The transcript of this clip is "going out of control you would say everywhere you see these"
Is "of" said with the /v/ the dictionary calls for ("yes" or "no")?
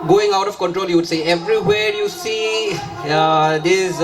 no